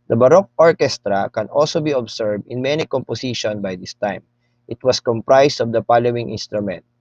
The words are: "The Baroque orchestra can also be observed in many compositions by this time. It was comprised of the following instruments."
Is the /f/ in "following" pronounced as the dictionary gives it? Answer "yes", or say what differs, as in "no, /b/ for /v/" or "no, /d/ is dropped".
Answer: no, /p/ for /f/